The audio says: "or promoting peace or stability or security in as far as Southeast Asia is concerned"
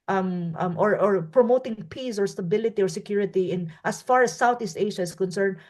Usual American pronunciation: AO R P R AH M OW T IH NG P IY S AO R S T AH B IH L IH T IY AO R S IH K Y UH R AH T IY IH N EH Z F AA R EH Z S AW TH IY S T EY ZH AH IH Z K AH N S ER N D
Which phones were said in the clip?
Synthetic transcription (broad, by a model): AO R P R AH M OW T IH NG P IY S AO R S T AH B IH L IH T IY AO R S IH K Y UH R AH T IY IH N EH S F AA R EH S AW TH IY S T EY SH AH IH S K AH N S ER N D